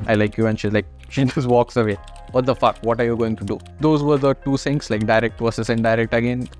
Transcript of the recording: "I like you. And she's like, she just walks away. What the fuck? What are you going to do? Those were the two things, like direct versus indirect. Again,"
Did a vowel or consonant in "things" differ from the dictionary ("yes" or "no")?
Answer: yes